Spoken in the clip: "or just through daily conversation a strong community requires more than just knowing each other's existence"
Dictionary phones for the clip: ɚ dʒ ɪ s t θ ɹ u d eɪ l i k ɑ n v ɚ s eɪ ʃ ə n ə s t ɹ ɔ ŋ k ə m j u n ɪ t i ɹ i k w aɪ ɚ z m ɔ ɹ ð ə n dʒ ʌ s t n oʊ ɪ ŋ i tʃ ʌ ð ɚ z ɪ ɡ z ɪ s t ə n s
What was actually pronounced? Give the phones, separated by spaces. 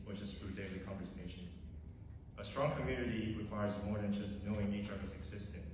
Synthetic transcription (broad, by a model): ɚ tʃ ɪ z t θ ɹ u d eɪ l i k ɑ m v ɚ s eɪ ʃ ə n ə s t ɹ ɔ ŋ k ə m j u n ɪ t i ɹ i k w aɪ ɚ z m ɔ ɹ ð ə n dʒ ʌ s t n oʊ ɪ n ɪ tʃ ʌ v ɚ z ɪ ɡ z ɪ s t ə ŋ